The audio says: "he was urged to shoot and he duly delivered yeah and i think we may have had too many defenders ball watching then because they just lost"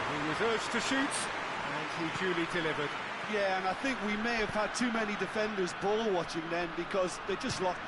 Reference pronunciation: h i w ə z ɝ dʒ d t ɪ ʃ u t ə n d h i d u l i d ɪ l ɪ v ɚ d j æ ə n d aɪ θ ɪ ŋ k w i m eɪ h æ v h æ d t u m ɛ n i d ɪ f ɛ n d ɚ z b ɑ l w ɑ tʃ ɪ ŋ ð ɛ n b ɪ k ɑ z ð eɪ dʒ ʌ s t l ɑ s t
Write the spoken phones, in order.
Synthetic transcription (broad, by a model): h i w ə z ɝ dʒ t ɪ ʃ u t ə n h i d u l i d ɪ l ɪ v ɚ d j æ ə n aɪ θ ɪ ŋ k w i m eɪ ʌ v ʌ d t u m ɛ n i d ɪ f ɛ n d ɚ z b ɑ l w ɑ tʃ ɪ ŋ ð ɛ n b ɪ k ɑ z ð eɪ dʒ ʌ s t l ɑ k